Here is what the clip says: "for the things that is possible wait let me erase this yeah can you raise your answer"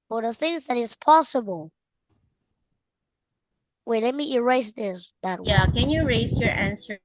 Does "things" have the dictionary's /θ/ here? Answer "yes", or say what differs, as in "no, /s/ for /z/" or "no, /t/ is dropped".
yes